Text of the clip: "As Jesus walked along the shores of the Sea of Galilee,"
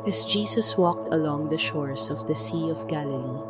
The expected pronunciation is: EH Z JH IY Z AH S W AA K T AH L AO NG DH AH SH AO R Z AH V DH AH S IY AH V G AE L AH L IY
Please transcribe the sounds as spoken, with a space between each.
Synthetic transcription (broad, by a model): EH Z JH IY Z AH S W AA K T AH L AO NG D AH SH AO R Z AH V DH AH S IY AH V G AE L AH L IY